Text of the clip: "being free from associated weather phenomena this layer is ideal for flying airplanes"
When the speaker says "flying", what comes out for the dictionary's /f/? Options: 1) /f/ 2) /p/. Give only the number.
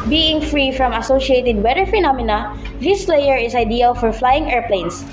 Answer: 1